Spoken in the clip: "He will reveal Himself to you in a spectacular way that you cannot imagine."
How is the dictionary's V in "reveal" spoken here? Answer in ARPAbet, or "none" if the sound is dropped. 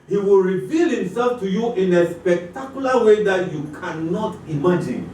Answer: V